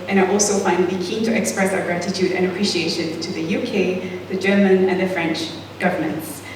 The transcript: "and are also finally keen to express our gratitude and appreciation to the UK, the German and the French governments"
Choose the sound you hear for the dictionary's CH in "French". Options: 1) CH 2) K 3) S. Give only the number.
1